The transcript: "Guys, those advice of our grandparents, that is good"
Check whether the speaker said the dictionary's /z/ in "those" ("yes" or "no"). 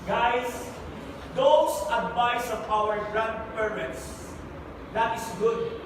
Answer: no